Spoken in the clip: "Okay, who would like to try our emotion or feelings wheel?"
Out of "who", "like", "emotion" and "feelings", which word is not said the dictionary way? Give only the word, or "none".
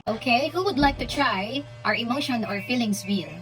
feelings